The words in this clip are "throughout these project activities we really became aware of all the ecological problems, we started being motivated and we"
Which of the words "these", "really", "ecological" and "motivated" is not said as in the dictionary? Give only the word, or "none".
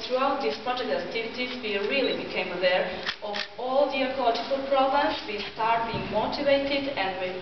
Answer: these